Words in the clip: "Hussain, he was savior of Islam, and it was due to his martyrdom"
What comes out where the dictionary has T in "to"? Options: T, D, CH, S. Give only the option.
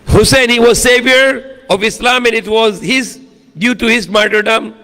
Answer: T